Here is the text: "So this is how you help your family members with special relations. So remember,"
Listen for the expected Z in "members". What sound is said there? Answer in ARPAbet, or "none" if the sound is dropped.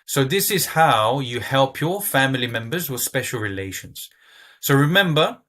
Z